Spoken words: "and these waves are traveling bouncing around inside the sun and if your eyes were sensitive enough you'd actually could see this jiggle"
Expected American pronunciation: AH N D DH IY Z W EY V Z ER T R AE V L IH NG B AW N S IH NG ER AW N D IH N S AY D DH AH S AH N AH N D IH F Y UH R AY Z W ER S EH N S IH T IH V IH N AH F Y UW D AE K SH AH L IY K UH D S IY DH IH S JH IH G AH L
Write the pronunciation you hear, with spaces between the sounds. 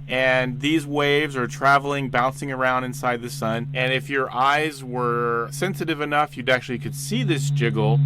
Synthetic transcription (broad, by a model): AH N DH IY Z W EY V Z ER T R AE V L IH NG B AW N S IH NG ER AW N D IH N S AY D DH AH S AH N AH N IH F Y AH R AY Z W ER S EH N S IH T IH V IH N AH F Y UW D AE K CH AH L IY K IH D S IY DH IH S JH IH G L